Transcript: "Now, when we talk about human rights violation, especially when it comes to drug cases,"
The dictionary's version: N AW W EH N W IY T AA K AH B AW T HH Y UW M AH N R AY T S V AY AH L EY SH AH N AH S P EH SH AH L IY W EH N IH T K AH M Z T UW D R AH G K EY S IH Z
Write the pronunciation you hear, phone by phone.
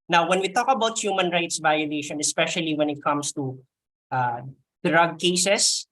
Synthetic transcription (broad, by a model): N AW W EH N W IY T AA K AH B AW T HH Y UW M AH N R AY T S V AY AH L EY SH AH N AH S P EH SH AH L IY W EH N IH T K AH M S T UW D R AH G K EY S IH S